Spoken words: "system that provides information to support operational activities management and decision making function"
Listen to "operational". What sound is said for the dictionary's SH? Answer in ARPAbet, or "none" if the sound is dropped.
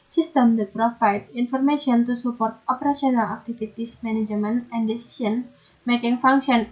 S